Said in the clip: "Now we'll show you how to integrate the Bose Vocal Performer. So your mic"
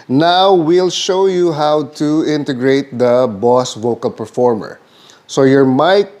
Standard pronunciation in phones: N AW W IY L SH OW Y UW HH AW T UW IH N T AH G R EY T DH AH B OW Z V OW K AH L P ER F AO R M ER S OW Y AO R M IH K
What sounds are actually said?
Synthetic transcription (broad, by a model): N AW W IY L SH OW Y UW HH AW T UW IH N T AH G R EY T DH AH B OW S V OW K AH L P ER F AO R M ER S OW Y AO R M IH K